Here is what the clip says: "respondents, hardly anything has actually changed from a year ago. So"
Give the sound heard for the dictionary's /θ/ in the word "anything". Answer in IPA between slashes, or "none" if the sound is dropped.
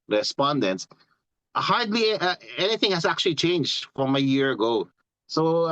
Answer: /θ/